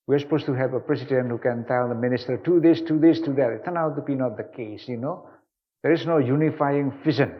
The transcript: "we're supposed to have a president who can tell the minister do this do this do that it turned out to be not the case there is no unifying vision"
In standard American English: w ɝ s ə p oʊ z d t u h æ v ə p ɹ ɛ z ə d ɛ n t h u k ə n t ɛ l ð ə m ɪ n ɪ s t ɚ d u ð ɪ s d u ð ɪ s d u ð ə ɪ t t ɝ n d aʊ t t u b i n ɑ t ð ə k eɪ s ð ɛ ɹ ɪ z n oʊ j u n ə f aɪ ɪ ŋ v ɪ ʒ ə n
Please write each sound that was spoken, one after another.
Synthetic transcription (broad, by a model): w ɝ s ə p oʊ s t u h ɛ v ə p ɹ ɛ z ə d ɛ n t h u k ə n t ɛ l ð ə m ɪ n ɪ s t ɚ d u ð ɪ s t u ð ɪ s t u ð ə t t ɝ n aʊ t t u b i n ɑ t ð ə k eɪ s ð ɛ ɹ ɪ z n oʊ j u n ə f aɪ ɪ ŋ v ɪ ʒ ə n